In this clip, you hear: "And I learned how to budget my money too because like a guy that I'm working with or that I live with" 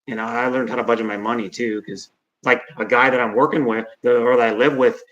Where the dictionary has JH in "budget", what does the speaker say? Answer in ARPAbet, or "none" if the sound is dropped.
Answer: JH